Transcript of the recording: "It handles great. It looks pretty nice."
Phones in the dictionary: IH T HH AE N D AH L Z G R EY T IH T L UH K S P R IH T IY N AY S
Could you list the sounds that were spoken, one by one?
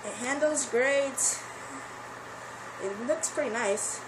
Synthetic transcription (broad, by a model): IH T HH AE N D L Z G R EY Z IH T L UH K S P R IH T IY N AY S